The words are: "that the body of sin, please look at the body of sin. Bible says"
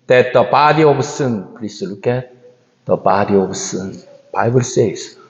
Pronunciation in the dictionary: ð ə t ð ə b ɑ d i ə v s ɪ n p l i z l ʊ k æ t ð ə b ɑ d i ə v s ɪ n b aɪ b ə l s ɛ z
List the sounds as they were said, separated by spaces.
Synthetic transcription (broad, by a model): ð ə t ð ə b ɑ d i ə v s ɪ n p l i s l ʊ k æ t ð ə b ɑ d i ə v s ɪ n b aɪ b ə l s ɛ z